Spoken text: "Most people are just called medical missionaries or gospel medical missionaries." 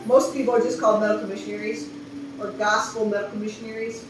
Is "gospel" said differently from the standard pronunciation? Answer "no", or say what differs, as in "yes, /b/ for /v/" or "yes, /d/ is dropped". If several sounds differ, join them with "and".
yes, /f/ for /p/